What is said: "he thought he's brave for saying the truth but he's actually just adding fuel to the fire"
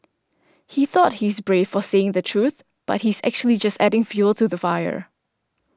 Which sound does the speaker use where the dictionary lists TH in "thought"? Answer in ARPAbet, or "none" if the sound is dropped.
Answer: TH